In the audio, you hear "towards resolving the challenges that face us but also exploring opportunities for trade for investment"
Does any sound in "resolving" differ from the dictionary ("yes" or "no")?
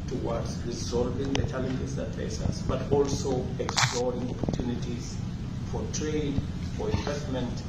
no